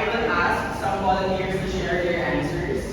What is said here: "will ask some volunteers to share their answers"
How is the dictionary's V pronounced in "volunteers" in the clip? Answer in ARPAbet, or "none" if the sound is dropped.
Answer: W